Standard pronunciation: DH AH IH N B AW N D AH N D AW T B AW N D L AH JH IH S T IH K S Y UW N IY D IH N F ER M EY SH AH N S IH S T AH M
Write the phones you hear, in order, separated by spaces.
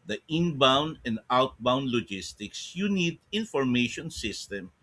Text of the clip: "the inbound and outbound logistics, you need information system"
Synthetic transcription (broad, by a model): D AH IH N B AW N D AH N D AW T B AW N D L AH JH IH S T IH K S Y UW N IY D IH N F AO M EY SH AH N S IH S T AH M